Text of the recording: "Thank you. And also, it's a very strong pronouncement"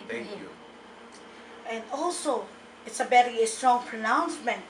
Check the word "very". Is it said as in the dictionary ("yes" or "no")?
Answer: no